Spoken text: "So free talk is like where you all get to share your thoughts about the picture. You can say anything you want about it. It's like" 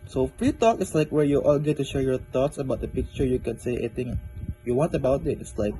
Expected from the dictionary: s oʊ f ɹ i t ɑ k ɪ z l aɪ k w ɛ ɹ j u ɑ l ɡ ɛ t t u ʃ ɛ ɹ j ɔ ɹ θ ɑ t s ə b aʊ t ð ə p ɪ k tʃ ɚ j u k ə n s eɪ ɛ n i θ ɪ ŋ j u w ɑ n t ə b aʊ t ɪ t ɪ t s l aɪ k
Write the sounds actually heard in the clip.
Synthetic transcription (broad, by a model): s oʊ f ɹ i t ɑ k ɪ s l aɪ k w ɛ ɹ j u ɑ l ɡ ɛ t t u ʃ ɛ ɹ j ɔ ɹ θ ɑ t s ə b aʊ t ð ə p ɪ k tʃ ɚ j u k ə n s eɪ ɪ i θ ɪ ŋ j u w ɑ n t ə b aʊ t ɪ t ɪ t s l aɪ k